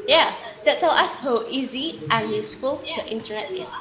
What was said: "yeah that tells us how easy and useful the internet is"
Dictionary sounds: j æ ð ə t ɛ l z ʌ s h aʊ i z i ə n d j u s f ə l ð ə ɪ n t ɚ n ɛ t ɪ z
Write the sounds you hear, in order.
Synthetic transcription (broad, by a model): j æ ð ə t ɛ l ɑ s h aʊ i z i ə n j u s f ə l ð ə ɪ n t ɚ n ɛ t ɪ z